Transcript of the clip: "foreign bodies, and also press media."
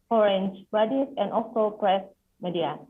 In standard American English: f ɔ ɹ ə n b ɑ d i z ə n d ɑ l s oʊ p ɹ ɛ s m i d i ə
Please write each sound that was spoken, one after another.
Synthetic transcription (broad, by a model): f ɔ ɹ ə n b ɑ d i s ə n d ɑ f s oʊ p ɹ ɛ s m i d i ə